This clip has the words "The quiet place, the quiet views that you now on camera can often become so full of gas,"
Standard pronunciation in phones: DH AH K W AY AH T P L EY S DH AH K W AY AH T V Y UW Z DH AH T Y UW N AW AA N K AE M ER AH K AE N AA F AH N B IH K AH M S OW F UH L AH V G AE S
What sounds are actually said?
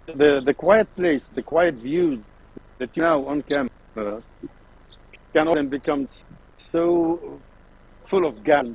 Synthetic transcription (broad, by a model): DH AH K W AY AH T P L EY S DH AH K W AY AH T V Y UW Z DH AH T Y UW N AW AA N K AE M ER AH K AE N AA AH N B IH K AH M S OW F UH L AH V G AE